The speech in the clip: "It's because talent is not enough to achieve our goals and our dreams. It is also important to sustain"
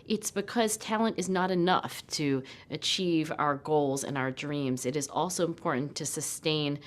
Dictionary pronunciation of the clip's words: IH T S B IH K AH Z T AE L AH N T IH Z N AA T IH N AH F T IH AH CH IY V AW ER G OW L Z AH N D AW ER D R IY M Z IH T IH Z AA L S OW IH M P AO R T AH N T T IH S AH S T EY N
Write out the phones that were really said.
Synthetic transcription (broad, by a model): IH T S B IH K AH Z T AE L AH N T IH Z N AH T IH N AH F T IH AH CH IY V AW ER G OW L Z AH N AW ER D R IY M Z IH T IH Z AA L S OW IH M P AO R T N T T IH S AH S T EY N